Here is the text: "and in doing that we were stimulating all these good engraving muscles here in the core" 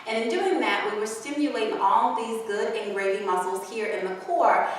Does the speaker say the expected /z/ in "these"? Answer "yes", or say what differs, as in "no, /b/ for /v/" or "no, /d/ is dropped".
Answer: yes